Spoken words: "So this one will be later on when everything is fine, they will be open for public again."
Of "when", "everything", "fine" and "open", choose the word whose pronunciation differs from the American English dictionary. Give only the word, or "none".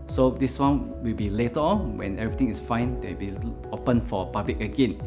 everything